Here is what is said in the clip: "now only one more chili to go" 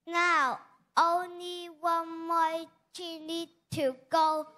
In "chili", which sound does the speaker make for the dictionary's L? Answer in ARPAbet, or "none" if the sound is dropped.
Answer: N